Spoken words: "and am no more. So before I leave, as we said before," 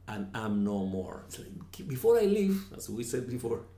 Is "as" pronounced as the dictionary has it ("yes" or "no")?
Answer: no